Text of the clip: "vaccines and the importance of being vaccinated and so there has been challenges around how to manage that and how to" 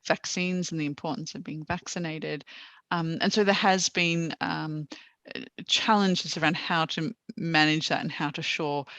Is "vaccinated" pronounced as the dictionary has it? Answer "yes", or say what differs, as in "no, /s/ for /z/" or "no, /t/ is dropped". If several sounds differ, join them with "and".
yes